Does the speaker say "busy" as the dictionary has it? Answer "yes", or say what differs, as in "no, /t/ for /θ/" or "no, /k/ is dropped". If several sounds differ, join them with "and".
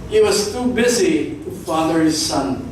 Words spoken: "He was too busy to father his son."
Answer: yes